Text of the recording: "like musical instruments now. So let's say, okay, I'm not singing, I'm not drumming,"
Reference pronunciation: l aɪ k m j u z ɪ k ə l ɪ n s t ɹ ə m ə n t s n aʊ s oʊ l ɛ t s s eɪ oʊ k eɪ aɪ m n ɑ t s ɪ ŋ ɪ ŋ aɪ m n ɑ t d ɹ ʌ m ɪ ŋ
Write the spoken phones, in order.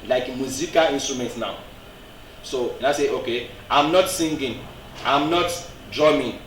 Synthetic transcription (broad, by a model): l aɪ k m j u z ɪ k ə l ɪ n s t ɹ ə m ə n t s n aʊ s oʊ n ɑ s s eɪ oʊ k eɪ aɪ m n ɑ t s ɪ ŋ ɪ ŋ aɪ m n ɑ t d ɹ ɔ m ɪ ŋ